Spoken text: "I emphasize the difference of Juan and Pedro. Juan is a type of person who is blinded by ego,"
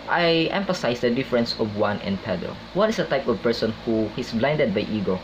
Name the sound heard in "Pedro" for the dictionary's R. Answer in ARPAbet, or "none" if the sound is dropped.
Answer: none